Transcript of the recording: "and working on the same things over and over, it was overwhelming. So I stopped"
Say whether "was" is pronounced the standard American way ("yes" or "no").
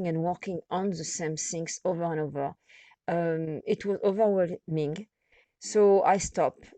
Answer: yes